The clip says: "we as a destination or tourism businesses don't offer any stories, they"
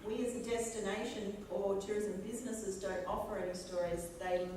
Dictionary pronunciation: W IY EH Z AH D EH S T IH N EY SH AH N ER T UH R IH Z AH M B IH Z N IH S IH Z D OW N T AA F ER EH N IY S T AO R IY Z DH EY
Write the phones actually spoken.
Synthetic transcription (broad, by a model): W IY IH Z AH D EH S T IH N EY SH AH N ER T UH R IH Z AH M B IH Z N IH S IH Z D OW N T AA P ER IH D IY S T AO R IY Z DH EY